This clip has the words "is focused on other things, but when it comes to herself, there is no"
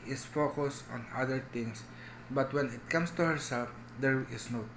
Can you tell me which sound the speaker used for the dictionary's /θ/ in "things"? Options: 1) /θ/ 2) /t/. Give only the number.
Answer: 2